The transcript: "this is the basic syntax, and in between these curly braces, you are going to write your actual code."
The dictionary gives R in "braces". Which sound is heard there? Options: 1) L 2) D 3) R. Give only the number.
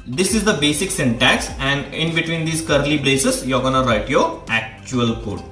1